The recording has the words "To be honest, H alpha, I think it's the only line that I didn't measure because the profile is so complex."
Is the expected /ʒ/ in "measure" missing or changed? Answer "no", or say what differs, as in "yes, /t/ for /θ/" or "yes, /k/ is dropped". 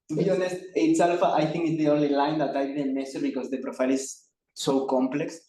yes, /s/ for /ʒ/